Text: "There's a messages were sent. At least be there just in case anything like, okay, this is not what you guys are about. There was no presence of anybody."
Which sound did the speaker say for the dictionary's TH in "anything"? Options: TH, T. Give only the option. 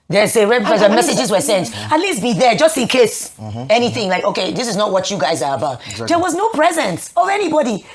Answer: TH